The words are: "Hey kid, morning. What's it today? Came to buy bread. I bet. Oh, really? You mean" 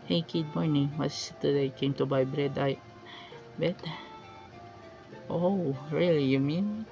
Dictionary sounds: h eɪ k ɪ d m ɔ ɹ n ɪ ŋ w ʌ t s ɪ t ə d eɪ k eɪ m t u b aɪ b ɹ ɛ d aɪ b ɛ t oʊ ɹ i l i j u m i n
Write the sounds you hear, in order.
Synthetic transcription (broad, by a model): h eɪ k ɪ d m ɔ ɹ n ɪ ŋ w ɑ s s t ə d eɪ k eɪ m t u b aɪ b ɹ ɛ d aɪ b ɛ t oʊ ɹ i l i j u m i n